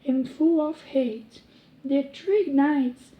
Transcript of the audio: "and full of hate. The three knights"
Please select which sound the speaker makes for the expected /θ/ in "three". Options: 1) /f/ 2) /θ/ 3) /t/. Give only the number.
3